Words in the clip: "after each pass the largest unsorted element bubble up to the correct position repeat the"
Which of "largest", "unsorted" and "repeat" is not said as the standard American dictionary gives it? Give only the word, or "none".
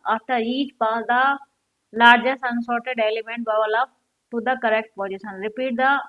largest